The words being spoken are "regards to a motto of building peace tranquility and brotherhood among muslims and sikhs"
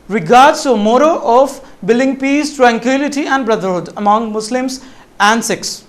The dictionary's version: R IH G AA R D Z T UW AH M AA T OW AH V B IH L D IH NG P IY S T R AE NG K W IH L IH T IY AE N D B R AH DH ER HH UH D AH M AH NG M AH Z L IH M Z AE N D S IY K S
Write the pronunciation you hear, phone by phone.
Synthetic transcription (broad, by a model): R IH G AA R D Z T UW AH M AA T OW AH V B IH L D IH NG P IY S T R AE NG K W IH L IH T IY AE N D B R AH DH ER HH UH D AH M AH NG M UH S L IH M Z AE N S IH K S